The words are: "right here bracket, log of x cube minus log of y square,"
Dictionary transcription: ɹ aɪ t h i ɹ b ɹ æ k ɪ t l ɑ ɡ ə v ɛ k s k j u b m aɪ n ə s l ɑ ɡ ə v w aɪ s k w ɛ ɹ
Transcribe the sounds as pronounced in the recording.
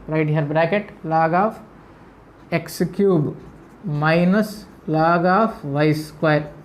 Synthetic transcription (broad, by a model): ɹ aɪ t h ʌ ɹ b ɹ æ k ɪ t l ɑ ɡ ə f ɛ k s k j u b m aɪ n ə s l ɑ ɡ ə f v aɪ s k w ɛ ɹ